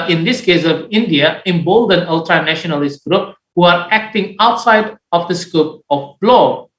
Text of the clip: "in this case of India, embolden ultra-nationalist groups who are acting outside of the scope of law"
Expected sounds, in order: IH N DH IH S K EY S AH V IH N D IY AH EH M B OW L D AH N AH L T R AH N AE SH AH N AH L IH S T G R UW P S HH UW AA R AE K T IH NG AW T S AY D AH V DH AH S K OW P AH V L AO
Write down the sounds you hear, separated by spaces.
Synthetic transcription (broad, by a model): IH N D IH S K EY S AH V IH N D IY AH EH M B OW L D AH N AH L T R AH N AE SH AH N AH L IH S T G R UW P HH UW AA R AE K T IH NG AW T S AY D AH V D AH S K OW P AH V L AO